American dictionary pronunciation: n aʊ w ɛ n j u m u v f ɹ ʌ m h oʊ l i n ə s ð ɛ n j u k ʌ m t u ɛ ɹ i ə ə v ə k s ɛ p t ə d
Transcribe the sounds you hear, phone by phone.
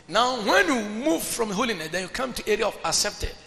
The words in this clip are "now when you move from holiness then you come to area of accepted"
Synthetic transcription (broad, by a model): n aʊ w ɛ n j u m u v f ɹ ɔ m h oʊ l i n ə s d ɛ n j u k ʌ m t u ɛ ɹ i ə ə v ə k s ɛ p t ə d